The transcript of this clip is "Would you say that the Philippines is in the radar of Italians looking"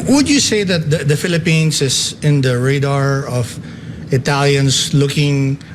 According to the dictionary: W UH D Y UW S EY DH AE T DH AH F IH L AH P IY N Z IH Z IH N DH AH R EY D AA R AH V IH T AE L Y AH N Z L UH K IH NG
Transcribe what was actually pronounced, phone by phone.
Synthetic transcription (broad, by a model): W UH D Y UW S EY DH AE T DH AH F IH L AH P IY N S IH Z IH N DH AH R EY D AA R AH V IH T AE L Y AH N S L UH K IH NG